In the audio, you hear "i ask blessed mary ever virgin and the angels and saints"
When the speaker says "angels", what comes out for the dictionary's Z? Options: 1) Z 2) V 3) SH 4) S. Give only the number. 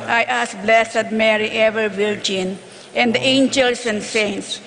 4